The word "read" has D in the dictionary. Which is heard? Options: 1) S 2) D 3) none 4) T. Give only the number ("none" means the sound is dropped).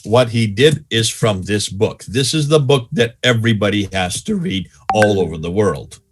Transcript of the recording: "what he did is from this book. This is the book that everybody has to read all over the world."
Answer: 2